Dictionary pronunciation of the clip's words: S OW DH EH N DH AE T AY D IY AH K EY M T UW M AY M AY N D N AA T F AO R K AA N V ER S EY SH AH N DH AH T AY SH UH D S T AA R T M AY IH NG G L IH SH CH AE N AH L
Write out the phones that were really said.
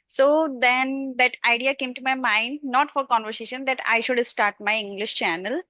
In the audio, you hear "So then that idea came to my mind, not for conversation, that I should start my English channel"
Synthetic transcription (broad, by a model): S OW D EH N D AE T AY D IY AH K EY M T UW M AY M AY N D N AA T F AO R K AA N V ER S EY SH AH N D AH T AY SH UH D S T AA R T M AY IH NG G L IH SH CH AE N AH L